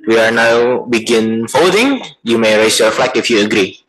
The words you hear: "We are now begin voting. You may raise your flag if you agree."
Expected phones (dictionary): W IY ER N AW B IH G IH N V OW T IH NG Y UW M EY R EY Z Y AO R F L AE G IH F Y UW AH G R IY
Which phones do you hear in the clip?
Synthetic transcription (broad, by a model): W IY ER N AW B IH G IH N F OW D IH NG Y UW M EY R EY S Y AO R F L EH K IH F Y UW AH G R IY